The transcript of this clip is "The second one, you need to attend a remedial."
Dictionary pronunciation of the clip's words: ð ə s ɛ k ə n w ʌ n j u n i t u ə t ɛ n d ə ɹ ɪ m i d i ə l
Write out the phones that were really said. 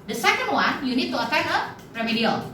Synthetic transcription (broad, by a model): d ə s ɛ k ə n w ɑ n j u n i t u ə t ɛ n ə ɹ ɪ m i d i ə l